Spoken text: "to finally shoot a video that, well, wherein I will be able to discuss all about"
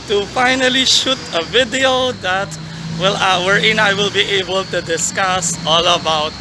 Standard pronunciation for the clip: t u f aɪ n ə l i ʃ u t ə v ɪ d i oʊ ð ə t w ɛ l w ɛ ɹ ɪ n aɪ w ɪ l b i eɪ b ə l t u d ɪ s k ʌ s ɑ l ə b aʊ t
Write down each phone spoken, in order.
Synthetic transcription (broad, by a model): t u f aɪ n ə l i ʃ u t ə v ɪ d i oʊ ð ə t w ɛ l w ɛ ɹ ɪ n aɪ w ɪ l b i eɪ b ə l t u d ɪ s k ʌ s ɑ l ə b aʊ t